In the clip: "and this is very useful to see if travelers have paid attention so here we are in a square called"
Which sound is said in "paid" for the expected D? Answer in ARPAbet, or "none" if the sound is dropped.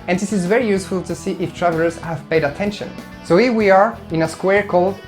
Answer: D